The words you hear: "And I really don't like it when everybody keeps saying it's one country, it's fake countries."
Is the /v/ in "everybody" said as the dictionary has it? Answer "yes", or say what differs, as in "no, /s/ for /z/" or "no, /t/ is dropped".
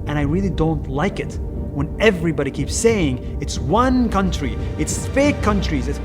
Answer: yes